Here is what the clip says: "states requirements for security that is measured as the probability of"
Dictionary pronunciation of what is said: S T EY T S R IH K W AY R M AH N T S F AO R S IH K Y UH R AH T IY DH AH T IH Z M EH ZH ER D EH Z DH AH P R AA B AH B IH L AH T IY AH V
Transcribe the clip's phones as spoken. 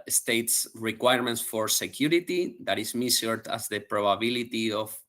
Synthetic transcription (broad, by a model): S T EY T S R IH K W AY R M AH N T S F AO R S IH K Y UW R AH T IY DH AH T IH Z M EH S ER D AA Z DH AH P R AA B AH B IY L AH T IY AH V